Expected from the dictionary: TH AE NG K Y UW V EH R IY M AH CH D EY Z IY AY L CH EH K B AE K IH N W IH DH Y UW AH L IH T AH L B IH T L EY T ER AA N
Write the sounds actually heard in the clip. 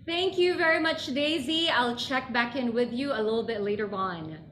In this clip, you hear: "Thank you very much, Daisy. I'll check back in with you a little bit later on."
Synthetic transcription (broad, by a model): TH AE NG K Y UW V EH R IY M AH CH D EY Z IY AY L CH EH K B AE K IH N W IH DH Y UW AH L IH T L B IH T L EY T ER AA N